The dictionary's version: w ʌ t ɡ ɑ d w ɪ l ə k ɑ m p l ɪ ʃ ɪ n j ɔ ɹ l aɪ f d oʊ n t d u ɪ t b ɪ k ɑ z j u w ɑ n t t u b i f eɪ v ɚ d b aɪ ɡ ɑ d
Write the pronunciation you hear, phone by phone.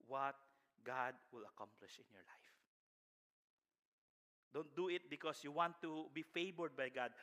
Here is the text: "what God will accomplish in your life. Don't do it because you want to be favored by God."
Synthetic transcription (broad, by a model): w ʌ t ɡ ɑ d w ɪ l ə k ɑ m p l ɪ ʃ ɪ n j ɔ ɹ l aɪ f d oʊ n t d u ɪ t b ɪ k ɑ s j u w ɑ n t t u b i f eɪ b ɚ d b aɪ ɡ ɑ d